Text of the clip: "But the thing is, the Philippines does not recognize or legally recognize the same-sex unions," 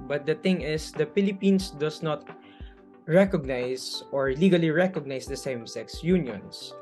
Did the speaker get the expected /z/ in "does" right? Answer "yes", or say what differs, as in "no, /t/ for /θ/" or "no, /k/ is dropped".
no, /s/ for /z/